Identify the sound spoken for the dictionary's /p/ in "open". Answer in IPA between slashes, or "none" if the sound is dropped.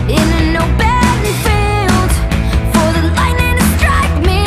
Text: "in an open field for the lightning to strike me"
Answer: /b/